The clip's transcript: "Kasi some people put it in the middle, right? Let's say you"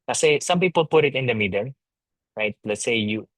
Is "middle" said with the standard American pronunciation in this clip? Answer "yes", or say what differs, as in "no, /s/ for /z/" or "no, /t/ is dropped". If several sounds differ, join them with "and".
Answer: no, /n/ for /l/